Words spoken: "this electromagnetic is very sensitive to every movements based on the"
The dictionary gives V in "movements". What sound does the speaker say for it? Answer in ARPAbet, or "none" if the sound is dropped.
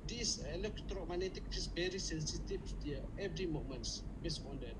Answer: none